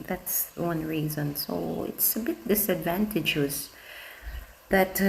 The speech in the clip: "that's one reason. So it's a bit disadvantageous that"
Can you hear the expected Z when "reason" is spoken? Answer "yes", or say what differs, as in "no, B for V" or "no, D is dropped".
yes